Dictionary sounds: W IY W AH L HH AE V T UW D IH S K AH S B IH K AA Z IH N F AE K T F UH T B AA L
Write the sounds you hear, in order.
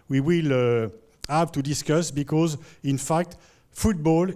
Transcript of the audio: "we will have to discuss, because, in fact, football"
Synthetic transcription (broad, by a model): W IY W AH L HH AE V T UW D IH S K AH S B IH K AA Z IH N F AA K T F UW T B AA L